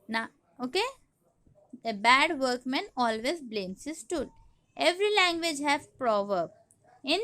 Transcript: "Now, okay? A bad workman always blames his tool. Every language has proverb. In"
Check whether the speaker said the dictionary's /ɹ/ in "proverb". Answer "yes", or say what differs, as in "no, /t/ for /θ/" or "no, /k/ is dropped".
yes